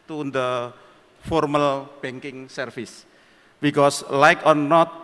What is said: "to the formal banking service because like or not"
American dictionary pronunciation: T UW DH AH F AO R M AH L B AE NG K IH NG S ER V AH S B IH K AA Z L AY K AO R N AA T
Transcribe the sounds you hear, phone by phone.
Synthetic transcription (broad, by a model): T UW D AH F AO R M AH L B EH NG K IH NG S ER F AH S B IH K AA S L AY K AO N N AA T